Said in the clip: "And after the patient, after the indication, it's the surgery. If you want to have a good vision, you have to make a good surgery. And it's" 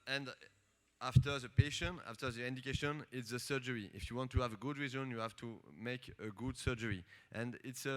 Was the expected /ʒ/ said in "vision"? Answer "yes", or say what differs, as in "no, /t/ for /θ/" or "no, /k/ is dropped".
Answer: no, /z/ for /ʒ/